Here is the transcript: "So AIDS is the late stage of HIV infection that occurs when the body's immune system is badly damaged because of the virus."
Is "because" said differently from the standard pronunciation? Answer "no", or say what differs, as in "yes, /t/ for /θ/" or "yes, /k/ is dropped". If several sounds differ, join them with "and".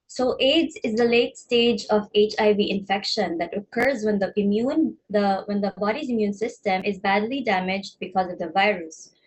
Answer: no